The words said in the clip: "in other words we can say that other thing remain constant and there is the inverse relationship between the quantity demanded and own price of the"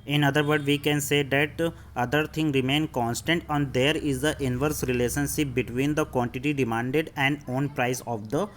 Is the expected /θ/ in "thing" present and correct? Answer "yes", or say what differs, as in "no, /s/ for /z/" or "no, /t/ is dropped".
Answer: no, /t/ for /θ/